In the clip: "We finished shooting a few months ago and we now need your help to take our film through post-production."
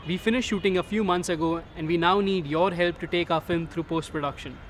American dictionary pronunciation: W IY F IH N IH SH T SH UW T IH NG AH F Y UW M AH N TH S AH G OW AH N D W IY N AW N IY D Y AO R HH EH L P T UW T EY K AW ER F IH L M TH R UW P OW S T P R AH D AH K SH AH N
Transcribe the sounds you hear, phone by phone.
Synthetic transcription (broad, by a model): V IY F IH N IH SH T SH UW T IH NG AH F Y UW M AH N T S AH G OW AH N D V IY N AW N IY D Y AO R HH EH L P T UW T EY K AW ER F IH L M T R UW P OW S T P R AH D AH K SH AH N